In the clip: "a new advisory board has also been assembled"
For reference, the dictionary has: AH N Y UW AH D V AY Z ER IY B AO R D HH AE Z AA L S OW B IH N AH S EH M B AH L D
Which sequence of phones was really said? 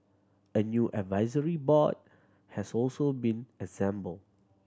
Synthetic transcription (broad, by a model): AH N Y UW AH D V AY Z ER IY B AO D HH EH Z AA L S OW B IH N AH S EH M B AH L